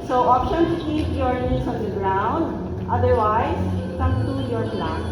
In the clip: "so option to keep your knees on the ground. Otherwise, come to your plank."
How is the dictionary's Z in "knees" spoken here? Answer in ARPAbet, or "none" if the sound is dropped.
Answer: S